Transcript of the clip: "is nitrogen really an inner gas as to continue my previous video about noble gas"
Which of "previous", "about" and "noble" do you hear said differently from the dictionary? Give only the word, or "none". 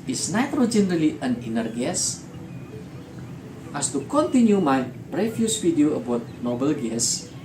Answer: previous